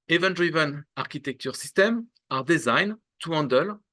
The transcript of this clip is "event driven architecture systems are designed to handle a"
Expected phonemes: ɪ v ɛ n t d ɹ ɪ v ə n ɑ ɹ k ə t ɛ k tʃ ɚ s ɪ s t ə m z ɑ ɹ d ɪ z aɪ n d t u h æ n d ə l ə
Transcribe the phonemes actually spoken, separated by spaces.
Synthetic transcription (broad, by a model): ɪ v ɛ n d ɹ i v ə n ɑ ɹ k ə t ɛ k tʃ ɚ s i s t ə m ɑ ɹ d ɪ z aɪ n t u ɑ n d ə l